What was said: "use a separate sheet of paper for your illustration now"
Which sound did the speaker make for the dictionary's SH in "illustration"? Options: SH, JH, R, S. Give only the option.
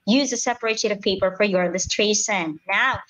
S